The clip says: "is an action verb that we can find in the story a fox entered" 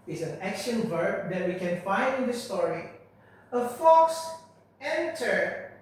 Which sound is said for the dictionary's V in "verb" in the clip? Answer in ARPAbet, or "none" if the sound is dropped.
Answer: V